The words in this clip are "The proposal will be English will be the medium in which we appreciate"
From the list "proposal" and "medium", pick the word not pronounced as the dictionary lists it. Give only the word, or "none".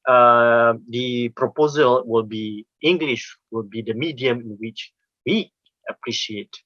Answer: none